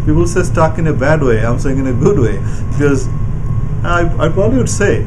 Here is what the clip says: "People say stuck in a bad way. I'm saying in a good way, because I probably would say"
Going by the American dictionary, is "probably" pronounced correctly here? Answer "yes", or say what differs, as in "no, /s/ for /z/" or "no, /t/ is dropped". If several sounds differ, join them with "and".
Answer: yes